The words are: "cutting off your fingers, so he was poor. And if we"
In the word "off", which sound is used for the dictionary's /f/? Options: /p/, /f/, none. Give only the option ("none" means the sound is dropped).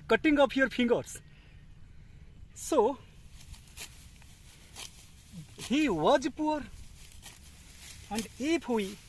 /p/